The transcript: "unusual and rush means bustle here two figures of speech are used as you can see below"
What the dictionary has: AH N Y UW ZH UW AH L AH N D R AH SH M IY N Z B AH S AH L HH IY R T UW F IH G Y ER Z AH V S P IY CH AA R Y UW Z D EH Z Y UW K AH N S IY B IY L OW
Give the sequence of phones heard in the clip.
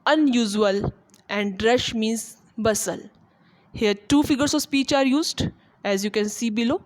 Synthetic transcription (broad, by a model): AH N Y UW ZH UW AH L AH N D R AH SH M IY N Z B AH S AH L HH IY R T UW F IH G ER S AH V S P IY CH AA R Y UW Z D EH Z Y UW K AH N S IY B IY L OW